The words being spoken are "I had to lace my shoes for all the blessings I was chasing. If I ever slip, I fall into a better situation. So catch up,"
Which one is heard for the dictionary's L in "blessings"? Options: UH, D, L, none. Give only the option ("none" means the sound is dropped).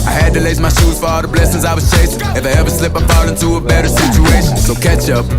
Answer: L